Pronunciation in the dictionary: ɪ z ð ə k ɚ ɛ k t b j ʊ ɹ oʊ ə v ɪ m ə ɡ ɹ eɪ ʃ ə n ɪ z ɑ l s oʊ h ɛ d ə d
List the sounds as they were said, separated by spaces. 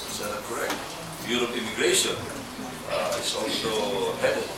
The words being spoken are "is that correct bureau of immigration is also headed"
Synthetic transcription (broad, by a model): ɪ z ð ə k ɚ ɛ k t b j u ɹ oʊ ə p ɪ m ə ɡ ɹ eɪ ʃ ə n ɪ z ɑ l s oʊ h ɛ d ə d